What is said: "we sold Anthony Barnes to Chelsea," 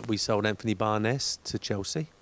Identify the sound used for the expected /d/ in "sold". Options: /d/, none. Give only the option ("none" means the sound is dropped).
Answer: /d/